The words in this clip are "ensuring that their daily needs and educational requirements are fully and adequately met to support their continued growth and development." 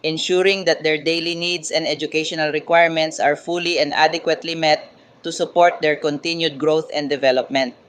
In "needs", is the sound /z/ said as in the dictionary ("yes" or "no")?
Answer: no